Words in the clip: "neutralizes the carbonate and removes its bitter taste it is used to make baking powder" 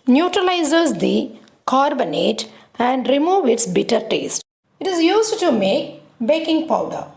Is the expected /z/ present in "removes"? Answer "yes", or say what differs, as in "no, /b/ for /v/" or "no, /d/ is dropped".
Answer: no, /z/ is dropped